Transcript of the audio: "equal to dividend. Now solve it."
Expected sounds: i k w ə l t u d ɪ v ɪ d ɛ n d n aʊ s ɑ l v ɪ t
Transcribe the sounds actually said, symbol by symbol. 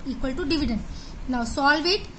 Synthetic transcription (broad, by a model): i k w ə l t u d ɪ v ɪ d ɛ n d n aʊ s ɑ l v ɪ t